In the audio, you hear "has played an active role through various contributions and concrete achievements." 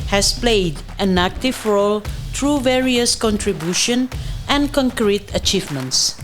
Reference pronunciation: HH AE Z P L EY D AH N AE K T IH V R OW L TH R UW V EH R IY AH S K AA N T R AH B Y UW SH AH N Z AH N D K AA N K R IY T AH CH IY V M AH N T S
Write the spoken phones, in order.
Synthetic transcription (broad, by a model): HH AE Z P L EY D AH N AE K T IH V R OW L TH R UW V EH R IY AH S K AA N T R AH B Y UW SH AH N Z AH N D K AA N K R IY T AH CH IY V M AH N T S